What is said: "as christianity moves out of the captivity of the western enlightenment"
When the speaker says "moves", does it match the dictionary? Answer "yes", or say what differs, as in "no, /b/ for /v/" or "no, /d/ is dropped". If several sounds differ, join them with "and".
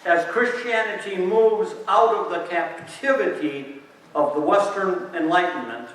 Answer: yes